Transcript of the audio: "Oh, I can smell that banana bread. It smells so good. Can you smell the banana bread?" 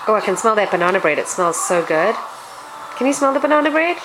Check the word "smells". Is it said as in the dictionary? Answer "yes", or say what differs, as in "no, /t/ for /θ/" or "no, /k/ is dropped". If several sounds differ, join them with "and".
yes